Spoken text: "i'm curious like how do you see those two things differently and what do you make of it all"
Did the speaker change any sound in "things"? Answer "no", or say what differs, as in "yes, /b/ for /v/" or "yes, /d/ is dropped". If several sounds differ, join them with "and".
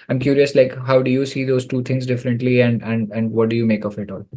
yes, /t/ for /θ/